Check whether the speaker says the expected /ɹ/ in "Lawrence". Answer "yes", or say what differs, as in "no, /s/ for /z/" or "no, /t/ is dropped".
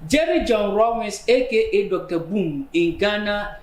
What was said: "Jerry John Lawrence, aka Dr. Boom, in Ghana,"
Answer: no, /w/ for /ɹ/